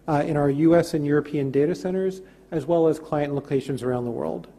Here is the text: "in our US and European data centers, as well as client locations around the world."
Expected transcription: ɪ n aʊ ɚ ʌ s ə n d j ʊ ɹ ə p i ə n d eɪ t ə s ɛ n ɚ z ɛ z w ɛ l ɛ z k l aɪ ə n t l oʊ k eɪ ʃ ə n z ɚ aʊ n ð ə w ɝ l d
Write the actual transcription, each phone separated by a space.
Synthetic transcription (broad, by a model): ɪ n aʊ ɚ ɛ s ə n j ʊ ɹ ə p i ə n d eɪ t ə s ɛ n ɚ z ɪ z w ɛ l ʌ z k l aɪ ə n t l oʊ k eɪ ʃ ə n z ɚ aʊ n ð ə w ɝ l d